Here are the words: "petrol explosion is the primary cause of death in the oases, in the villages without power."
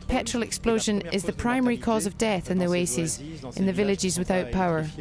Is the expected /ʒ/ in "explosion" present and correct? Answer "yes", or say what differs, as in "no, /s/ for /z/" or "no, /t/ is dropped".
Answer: yes